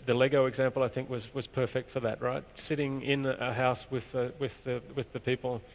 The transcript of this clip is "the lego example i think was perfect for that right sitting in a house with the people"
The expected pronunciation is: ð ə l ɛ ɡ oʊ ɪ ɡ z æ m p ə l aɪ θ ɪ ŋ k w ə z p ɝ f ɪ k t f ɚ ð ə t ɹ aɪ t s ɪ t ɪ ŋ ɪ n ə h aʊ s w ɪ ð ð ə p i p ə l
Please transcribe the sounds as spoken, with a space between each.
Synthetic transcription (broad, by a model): ð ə l ɛ ɡ oʊ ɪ ɡ z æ m p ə l aɪ θ ɪ ŋ k w ə z p ɝ f ɪ k t f ɚ ð ə t ɹ aɪ t s ɪ t ɪ ŋ ɪ n ə h aʊ s w ɪ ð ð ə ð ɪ p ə l